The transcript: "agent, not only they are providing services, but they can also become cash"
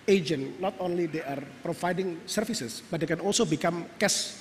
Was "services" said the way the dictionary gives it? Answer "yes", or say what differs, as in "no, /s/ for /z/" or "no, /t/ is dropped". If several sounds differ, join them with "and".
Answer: no, /f/ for /v/ and /s/ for /z/